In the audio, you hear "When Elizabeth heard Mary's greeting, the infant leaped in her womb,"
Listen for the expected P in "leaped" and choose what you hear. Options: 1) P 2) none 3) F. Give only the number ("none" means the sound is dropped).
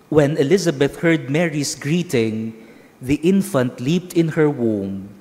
1